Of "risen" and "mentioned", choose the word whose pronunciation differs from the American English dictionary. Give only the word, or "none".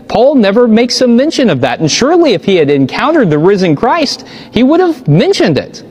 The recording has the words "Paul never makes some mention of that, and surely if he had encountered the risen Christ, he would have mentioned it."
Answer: none